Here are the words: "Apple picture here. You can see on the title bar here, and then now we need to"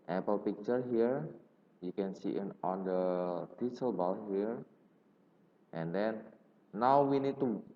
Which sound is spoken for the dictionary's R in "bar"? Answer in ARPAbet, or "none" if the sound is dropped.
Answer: L